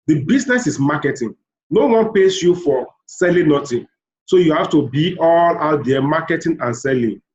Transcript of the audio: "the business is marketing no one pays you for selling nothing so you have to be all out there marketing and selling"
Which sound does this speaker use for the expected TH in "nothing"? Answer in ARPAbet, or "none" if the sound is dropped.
T